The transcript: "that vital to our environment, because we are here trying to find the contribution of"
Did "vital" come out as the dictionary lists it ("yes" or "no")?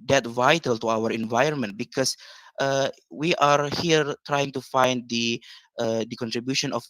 yes